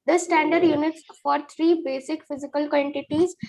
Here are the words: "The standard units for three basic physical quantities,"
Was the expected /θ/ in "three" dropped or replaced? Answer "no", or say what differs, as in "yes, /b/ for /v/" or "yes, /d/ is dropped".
yes, /t/ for /θ/